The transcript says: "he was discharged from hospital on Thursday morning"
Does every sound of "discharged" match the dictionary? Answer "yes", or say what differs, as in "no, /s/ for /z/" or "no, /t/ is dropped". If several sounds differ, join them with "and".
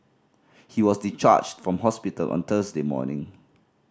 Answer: no, /s/ is dropped